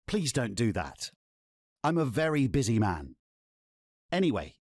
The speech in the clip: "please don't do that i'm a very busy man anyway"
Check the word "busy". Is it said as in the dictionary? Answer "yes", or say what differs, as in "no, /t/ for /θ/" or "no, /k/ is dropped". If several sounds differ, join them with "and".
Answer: yes